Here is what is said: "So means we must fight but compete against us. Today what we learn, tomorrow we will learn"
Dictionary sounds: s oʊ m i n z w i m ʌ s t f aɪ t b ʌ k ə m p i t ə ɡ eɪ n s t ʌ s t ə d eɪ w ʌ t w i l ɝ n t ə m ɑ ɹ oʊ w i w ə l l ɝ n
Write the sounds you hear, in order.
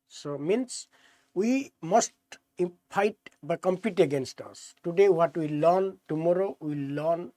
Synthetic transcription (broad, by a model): s oʊ m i n s w i m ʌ s t p aɪ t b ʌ k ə m p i t ə ɡ eɪ n s t ʌ s t ə d eɪ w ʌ t w i l ɝ n t ə m ɑ ɹ oʊ w i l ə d n